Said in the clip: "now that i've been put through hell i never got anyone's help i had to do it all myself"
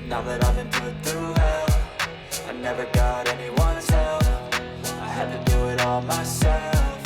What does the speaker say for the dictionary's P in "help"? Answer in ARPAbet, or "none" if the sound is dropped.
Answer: F